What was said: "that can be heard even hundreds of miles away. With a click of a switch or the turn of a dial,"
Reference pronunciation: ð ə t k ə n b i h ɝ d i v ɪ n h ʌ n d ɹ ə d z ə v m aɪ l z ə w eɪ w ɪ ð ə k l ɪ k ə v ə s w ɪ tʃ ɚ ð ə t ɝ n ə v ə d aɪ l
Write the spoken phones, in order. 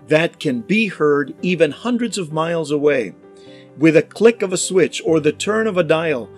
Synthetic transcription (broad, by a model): ð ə t k ə n b i h ɝ d i v ɪ n h ʌ n d ɹ ə d z ə v m aɪ l z ə w eɪ w ɪ ð ə k l ɪ k ə v ə s w ɪ tʃ ɚ ð ə t ɝ n ə v ə d aɪ l